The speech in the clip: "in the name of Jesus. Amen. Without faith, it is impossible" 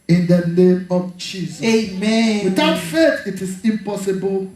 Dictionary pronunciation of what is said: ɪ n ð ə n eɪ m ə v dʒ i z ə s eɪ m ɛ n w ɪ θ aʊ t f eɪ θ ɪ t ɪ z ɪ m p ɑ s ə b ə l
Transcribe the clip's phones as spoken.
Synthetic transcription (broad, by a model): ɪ n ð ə n eɪ m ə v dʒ i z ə eɪ m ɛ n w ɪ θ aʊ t f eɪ t ɪ t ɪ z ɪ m p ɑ s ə b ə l